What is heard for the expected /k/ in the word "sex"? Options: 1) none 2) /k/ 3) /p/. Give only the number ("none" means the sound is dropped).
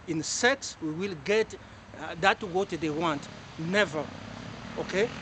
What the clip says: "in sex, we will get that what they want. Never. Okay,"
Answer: 2